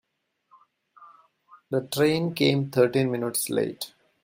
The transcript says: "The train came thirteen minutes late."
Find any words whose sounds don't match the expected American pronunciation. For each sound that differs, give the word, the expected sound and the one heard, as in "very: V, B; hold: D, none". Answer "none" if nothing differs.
thirteen: TH, T